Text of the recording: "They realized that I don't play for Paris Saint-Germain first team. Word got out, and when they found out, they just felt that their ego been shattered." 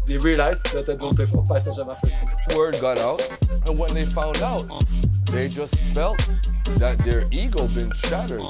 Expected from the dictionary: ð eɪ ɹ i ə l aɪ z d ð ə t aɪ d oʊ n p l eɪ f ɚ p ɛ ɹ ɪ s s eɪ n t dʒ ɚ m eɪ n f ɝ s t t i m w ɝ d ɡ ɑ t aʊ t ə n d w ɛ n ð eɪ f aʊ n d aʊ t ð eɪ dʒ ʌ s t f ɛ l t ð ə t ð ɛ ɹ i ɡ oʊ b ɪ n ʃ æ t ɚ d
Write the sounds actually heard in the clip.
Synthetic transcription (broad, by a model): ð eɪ ɹ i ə l aɪ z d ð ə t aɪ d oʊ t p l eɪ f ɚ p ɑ ɪ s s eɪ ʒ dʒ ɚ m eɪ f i w ɝ d ɡ ɑ t aʊ t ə n w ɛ n ð eɪ f aʊ n d aʊ t ð eɪ dʒ ʌ s t f ɛ l t ð ə t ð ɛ ɹ i ɡ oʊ b ɪ n ʃ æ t ɚ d